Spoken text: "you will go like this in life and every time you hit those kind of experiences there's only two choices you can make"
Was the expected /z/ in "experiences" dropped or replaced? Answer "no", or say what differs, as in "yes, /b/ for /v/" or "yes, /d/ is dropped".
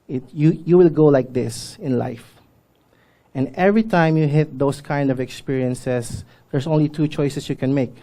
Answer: yes, /s/ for /z/